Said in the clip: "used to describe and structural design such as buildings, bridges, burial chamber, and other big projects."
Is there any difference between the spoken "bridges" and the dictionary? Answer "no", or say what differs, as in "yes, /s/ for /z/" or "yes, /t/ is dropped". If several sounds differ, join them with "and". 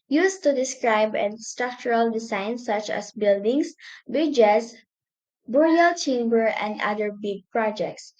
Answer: yes, /ɹ/ is dropped and /s/ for /z/